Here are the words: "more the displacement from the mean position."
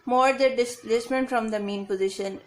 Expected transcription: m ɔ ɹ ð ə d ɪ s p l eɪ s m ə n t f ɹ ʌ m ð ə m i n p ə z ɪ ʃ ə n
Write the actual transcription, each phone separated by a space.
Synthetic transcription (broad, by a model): m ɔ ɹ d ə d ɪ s l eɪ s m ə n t f ɹ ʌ m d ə m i n p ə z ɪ ʃ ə n